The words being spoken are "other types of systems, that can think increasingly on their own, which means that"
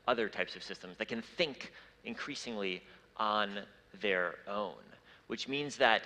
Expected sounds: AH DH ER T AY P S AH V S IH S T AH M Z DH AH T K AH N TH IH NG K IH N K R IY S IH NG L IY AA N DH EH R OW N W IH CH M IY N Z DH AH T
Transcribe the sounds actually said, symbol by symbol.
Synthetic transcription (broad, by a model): AH DH ER T AY P S AH V S IH S T AH M Z DH AH T K AH N TH IH NG K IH N K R IY S IH NG L IY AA N DH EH R OW N W IH CH M IY N Z DH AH T